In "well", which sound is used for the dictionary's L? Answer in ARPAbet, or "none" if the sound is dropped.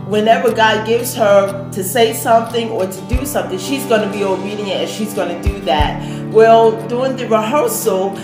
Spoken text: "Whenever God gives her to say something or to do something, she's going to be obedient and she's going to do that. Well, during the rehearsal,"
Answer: L